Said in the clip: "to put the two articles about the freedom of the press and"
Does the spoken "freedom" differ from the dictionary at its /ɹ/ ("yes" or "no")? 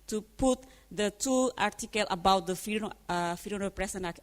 yes